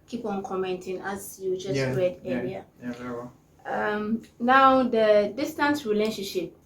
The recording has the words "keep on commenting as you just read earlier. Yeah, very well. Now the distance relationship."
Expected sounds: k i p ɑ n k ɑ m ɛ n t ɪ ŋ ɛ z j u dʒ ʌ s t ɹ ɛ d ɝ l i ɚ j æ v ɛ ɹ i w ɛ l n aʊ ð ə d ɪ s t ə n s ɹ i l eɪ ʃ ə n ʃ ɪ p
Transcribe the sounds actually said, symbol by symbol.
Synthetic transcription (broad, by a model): k i p ɑ n k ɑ m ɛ n t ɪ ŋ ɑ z j u dʒ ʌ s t ɹ ɛ d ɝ i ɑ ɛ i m n aʊ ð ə d ɪ s t ə n s ɹ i l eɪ ʃ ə n ʃ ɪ p